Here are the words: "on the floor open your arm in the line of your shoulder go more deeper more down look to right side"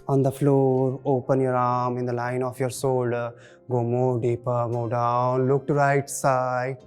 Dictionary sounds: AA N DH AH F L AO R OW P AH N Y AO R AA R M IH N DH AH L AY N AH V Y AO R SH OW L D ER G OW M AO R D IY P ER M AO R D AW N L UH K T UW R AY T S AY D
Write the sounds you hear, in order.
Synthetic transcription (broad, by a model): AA N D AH F L AO R OW P AH N Y AO R AA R M IH N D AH L AY N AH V Y AO R S OW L D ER G OW M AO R D IY P ER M AO D AW N L UH K T UW R AY T S AY